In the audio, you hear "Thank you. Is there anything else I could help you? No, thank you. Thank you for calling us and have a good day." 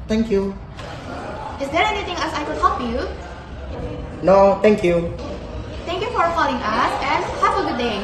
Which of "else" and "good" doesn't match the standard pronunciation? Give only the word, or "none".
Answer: else